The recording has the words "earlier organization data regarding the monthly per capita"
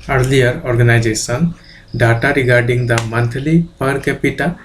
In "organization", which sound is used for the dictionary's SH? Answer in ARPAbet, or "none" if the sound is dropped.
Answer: S